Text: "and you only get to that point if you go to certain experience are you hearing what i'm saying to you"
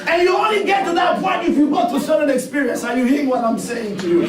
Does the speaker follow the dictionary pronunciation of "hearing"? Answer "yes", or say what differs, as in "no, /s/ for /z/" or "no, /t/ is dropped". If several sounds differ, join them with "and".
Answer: yes